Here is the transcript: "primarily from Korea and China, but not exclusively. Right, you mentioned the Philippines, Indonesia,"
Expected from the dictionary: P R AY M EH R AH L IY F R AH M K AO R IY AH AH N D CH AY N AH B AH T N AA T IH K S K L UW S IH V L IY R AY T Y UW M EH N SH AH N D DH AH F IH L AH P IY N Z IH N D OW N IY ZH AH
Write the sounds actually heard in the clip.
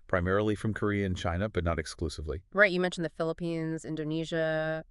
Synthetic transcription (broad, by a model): P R AY M EH R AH L IY F R AH M K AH R IY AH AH N CH AY N AH B AH T N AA T IH K S K L UW S IH V L IY R AY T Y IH M EH N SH N DH AH F IH L AH P IY N Z IH N D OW N IY ZH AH